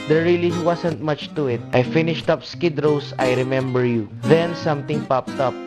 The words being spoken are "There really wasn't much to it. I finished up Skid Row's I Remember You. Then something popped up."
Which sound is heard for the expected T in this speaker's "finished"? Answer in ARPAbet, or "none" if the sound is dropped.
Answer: T